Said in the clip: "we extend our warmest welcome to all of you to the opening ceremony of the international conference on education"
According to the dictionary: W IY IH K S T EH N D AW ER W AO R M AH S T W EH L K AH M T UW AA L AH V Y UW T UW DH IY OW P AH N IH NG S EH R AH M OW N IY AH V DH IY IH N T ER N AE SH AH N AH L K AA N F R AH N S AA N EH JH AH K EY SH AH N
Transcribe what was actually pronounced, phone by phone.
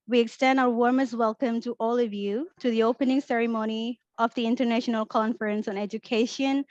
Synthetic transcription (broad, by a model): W IY IH K S T EH N D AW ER W AO R M AH S T W EH L K AH M T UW AA L AH V Y UW T UW DH IY OW P AH N IH NG S EH R AH M OW N IY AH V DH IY IH N T ER N AE SH AH N AH L K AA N F R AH N S AA N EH JH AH K EY SH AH N